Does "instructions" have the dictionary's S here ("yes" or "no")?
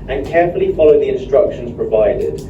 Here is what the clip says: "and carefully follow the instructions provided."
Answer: yes